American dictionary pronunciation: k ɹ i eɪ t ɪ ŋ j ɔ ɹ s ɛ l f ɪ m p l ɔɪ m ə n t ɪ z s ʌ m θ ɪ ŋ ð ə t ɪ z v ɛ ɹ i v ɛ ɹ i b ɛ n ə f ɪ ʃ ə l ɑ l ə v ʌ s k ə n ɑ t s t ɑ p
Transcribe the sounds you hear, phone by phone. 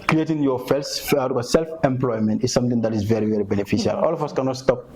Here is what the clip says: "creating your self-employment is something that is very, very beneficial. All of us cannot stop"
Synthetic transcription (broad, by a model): k ɹ i eɪ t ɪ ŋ j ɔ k s ɛ l f ɪ m p l ɔɪ m ə n t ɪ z s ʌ m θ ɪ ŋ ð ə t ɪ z v ɛ ɹ i v ɛ ɹ i b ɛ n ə f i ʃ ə l ɑ l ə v ʌ s k ə n ɑ t s t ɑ p